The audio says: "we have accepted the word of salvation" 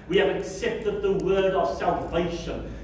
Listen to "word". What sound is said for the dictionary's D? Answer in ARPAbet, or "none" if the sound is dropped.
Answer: D